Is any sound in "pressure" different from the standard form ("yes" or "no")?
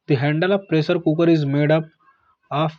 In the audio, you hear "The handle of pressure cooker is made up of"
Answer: yes